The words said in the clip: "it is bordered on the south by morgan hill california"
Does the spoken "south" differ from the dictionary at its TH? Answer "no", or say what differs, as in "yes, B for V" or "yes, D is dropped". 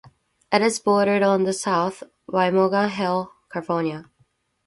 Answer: no